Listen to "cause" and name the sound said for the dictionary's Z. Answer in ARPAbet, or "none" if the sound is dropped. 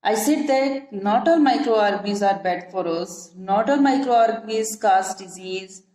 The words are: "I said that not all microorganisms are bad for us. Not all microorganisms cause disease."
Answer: S